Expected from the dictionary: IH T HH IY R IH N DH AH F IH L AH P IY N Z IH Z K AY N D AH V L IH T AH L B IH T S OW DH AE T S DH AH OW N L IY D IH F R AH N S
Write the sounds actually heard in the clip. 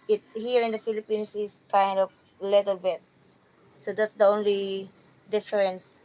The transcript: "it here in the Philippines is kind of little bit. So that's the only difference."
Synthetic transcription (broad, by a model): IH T HH IY R IH N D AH F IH L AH P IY N S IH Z K AY N D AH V L IH T AH L B IH T S OW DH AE T S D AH OW N L IY D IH F R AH N S